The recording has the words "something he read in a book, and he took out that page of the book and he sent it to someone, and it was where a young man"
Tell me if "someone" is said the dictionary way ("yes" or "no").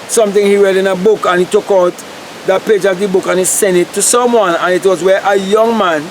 yes